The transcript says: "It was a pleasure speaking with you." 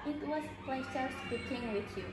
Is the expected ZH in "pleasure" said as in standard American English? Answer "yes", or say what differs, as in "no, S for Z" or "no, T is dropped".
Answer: no, S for ZH